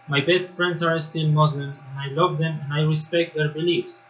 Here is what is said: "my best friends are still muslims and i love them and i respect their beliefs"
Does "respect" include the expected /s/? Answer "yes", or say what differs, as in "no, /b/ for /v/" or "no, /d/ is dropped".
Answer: yes